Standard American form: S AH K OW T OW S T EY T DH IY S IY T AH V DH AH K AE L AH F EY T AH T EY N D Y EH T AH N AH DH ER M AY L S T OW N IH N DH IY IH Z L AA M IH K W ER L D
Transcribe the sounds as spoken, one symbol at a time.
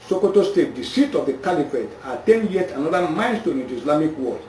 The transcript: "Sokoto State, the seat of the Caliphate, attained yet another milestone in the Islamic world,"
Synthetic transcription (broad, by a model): S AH K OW T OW S T EY T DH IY S IY T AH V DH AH K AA L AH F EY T AH T EY N D Y EH T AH N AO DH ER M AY N S T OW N IH N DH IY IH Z L AA M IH K W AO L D